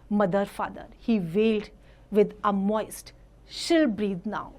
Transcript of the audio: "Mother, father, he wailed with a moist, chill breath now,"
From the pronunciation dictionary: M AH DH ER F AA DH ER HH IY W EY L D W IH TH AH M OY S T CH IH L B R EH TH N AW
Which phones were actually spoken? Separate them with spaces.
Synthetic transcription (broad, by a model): M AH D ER F AA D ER HH IY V EY L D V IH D AH M OY S T SH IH L B R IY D N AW